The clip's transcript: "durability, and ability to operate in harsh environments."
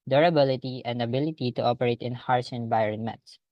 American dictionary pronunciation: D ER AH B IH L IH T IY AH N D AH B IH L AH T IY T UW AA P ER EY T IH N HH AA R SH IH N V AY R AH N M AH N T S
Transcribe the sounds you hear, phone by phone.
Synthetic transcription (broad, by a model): D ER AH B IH L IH T IY AH N D AH B IH L AH T IY T UW AA P ER EY T IH N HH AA R S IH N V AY R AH N M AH N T S